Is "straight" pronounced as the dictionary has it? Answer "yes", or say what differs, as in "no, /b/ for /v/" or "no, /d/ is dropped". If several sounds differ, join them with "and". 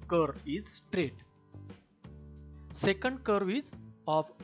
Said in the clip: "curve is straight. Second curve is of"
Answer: yes